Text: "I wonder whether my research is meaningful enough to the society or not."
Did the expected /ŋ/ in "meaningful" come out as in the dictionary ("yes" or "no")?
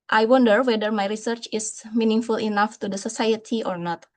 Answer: yes